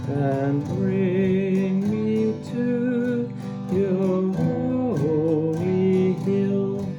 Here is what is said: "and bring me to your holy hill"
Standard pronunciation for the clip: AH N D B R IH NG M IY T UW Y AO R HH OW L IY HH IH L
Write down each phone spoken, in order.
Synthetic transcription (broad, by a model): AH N B R IH NG M IY T UW Y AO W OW IY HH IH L